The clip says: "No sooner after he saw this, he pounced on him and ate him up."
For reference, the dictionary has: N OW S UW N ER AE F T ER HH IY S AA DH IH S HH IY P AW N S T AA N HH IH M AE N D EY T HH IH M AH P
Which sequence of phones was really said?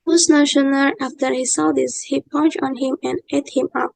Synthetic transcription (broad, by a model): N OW SH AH N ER AE F T ER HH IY S AA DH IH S HH IY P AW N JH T AA N HH IH M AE N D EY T HH IH M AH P